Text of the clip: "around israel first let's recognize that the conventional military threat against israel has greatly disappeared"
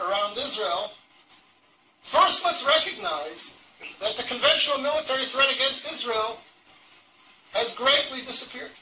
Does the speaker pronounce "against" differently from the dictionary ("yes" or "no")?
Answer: no